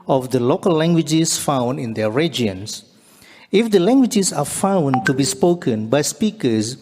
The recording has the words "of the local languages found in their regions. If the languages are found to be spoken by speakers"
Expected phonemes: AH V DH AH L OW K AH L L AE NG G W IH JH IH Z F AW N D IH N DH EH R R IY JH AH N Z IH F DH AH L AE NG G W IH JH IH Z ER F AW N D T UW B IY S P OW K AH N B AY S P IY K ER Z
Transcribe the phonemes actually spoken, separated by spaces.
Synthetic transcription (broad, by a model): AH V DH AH L OW K AH L L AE NG G W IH JH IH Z F AW N D IH N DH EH R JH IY AH N S IH F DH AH L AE NG G W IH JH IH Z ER F AW N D T UW B IY S P OW K AH N B AY S P IY K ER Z